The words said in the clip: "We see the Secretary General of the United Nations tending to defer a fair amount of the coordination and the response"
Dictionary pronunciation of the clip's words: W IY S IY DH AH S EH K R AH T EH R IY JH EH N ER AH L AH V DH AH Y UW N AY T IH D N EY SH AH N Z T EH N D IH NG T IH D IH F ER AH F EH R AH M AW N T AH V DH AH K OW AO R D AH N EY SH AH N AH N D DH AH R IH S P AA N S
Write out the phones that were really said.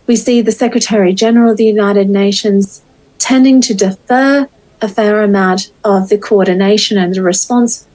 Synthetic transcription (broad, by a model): W IY S IY DH AH S EH K R AH T EH R IY JH EH N ER AH L AH V DH AH Y UW N AY T IH D N EY SH AH N Z T EH N D IH NG T IH D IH F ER AH F EH R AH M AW T AH V DH AH K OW AO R D N EY SH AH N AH N DH AH R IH S P AA N S